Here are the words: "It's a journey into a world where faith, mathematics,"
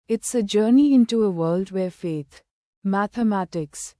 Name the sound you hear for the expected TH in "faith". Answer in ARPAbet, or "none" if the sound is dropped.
T